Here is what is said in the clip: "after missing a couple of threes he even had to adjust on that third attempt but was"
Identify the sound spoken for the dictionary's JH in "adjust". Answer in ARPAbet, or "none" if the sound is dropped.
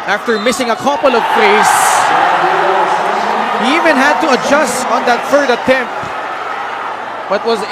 JH